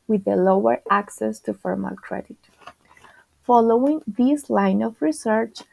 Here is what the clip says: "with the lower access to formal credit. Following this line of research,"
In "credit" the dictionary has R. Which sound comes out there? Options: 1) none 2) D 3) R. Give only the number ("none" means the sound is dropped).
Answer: 3